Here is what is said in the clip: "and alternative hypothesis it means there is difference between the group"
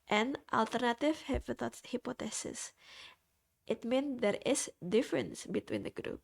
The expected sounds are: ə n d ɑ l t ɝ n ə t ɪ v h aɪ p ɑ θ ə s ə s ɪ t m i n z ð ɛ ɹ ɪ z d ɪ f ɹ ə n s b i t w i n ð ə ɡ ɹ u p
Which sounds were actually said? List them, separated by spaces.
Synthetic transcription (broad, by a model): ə n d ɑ l t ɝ n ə t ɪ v h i p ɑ t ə s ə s ɪ t m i n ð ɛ ɹ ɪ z d ɪ f ɹ ə n s b i t w i n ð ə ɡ ɹ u p